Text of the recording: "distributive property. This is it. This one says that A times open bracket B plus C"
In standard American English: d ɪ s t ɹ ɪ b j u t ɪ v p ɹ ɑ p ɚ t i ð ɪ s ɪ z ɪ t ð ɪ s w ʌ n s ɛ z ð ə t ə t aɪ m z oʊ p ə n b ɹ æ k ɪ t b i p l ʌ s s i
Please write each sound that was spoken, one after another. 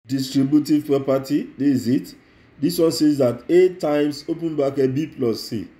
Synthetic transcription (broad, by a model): d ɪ s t ɹ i b j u t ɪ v p ɹ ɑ p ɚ t i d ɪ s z ɪ t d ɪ s w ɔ n s ɛ z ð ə t ə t aɪ m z oʊ p ə n b ɑ k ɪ b i p l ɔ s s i